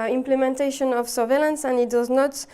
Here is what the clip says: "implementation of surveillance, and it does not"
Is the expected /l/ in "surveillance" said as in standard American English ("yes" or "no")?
yes